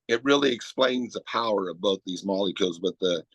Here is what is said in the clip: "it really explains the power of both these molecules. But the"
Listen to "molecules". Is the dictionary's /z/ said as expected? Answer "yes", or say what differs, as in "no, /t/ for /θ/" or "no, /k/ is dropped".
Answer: yes